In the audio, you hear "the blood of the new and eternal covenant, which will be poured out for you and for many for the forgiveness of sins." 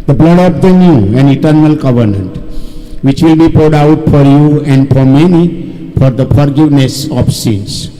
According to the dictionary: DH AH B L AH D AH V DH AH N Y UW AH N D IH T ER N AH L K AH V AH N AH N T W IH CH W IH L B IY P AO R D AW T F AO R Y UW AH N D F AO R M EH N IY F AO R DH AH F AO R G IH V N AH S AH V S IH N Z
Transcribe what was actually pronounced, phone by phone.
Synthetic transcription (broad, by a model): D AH B L AH D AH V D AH N Y UW AH N D IH T ER N AH L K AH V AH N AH N T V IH CH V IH L B IY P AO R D AW T F AO R Y UW AH N D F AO R M EH N IY F AO R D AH F AO R G IH V N AH S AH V S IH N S